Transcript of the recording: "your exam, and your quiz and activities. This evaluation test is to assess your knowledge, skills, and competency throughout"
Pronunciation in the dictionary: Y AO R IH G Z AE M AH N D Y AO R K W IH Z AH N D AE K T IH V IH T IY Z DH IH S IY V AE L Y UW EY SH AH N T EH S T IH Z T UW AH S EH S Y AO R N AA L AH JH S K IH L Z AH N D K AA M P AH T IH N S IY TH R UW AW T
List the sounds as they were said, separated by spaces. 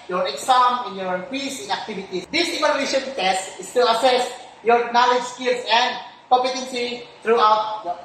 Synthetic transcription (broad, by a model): Y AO R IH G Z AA M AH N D Y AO R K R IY S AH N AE K T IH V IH T IY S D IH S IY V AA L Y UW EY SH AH N T EH S T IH S T UW AH S EH S Y AO R N AA L AH JH S K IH L S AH N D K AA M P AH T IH N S IY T R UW AW T